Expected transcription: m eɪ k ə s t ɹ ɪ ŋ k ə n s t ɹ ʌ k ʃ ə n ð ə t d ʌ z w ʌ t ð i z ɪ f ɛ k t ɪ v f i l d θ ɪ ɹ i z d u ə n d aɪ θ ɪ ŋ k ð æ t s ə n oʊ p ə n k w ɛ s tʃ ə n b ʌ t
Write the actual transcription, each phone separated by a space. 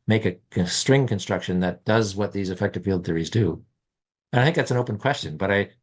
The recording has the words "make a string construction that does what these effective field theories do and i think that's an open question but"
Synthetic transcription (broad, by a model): m eɪ k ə s t ɹ ɪ ŋ k ə n s t ɹ ʌ k ʃ ə n ð ə t d ʌ z w ʌ t ð i z ɪ f ɛ k t ɪ v f i l d θ ɪ ɹ i z d u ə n aɪ θ ɪ ŋ k ð æ t s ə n oʊ p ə n k w ɛ s tʃ ə n b ʌ t